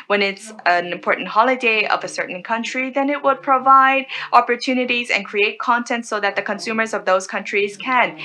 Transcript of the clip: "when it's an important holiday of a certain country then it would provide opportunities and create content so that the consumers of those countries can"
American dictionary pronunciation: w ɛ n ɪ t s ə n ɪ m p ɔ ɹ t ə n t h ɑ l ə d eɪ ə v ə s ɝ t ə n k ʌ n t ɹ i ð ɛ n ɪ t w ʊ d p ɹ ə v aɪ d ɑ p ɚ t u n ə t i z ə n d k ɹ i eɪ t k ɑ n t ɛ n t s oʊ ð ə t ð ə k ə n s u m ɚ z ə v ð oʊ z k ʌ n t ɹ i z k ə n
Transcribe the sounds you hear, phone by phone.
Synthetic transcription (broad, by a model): w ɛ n ɪ t s ə n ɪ m p ɔ ɹ t n t h ɑ l ə d eɪ ə v ə s ɝ t n k ʌ n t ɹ i ð ɛ n ɪ t w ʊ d p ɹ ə v aɪ d ɑ p ɚ t u n ə t i z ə n k ɹ i eɪ t k ɑ n t ɛ n t s oʊ ð ə t ð ə k ə n s u m ɚ z ə v ð oʊ z k ʌ n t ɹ i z k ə n